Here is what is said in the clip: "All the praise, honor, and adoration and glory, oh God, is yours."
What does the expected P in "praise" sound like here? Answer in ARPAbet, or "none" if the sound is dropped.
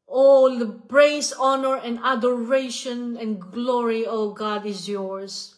B